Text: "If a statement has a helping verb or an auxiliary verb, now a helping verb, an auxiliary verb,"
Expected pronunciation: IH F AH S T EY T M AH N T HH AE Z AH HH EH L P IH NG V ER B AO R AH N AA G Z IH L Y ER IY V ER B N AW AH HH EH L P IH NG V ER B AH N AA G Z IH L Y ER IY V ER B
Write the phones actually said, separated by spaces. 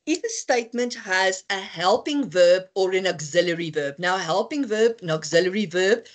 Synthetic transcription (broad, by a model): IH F AH S T EY T M AH N T HH AE Z AH HH EH L P IH NG V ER B AO R AH N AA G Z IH L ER IY V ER B N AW AH HH EH L P IH NG V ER B N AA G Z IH L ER IY V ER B